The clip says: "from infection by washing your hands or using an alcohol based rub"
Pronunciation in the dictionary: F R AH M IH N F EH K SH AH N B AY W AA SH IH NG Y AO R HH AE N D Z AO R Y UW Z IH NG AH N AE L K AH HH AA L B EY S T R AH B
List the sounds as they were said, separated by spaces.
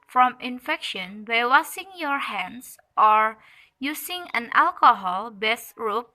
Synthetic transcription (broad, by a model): F R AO M IH N F EH K SH AH N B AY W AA S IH NG Y AO R HH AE N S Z AO R Y UW S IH NG AH N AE L K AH HH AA L B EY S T R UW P